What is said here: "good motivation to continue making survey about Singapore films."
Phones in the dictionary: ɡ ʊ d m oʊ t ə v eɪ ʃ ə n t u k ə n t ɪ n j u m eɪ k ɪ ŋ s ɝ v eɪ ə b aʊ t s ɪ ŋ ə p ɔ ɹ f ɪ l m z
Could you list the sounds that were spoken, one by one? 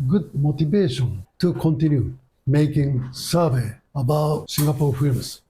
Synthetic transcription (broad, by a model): ɡ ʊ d m oʊ t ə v eɪ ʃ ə n t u k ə n t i n j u m eɪ k ɪ ŋ s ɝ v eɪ ə b aʊ t ʃ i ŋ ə p ɔ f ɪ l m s